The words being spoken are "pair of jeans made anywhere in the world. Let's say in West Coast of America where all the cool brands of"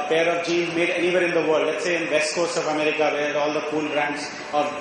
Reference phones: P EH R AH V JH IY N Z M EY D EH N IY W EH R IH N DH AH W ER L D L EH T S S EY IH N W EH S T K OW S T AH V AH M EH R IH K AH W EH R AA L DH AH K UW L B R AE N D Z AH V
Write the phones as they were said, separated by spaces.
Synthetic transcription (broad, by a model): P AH R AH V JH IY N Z M EY D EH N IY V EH R IH N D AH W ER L D L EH T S S EY IH N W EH S T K OW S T AH V AH M EH R IH K AH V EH L AA L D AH K UW L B R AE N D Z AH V